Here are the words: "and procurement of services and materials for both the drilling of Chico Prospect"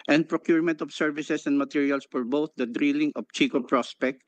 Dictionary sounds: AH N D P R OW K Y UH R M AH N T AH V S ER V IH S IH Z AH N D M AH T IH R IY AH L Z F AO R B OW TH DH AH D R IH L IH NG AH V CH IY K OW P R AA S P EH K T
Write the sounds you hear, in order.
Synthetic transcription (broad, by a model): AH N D P R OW K Y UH R M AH N T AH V S ER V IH S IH S AH N D M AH T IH R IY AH L S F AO R B OW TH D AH D R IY L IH NG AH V CH IY K OW P R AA S P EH K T